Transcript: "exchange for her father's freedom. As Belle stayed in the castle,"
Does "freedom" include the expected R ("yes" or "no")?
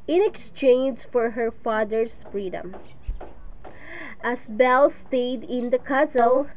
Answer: yes